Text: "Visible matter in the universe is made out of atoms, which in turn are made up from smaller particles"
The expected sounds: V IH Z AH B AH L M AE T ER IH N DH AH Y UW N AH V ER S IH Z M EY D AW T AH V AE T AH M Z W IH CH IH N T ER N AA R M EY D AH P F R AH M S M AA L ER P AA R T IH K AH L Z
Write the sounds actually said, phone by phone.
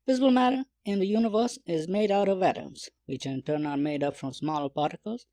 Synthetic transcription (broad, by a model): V IH Z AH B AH L M AE T ER IH N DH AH Y UW N AH V ER S IH Z M EY D AW T AH V AE T AH M Z W IH CH IH N T ER N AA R M EY D AH P F R AH M S M AA L ER P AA R T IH K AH L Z